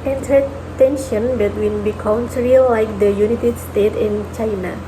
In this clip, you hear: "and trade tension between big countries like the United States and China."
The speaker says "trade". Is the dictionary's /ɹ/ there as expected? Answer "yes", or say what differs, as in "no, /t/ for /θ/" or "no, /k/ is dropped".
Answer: no, /ɹ/ is dropped